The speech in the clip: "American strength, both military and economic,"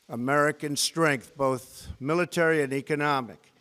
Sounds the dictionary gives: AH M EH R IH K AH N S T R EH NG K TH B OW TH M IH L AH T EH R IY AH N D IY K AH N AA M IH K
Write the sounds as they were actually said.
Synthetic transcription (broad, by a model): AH M EH R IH K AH N S T R EH NG K TH B OW TH M IH L AH T EH R IY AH N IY K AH N AA M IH K